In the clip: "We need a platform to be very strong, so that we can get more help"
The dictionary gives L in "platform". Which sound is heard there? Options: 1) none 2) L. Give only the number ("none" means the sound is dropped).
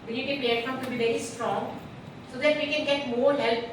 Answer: 1